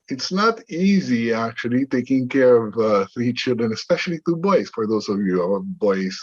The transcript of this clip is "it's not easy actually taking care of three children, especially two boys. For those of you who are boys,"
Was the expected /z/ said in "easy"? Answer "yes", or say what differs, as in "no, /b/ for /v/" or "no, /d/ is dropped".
yes